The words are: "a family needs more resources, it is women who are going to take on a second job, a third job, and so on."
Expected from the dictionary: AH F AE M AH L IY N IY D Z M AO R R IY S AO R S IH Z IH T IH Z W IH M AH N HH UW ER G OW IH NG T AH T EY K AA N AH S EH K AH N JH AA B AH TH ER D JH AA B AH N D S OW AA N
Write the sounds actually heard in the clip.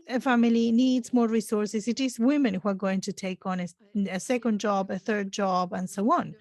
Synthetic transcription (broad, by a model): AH F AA M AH L IY N IY D Z M AO R R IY S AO R S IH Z IH T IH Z W IH M AH N HH UW ER G OW IH NG T AH T EY K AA N AH S EH K AH N JH AA B AH TH ER D JH AA B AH N S OW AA N